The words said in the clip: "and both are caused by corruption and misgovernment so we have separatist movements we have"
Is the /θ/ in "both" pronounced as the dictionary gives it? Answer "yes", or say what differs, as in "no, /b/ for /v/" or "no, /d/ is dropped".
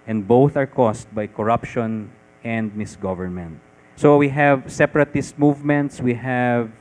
yes